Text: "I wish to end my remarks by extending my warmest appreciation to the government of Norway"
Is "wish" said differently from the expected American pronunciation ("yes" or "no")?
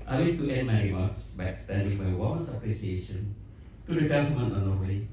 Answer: yes